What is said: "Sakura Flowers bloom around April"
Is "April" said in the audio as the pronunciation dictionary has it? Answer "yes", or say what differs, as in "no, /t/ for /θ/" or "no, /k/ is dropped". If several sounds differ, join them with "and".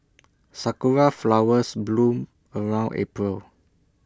yes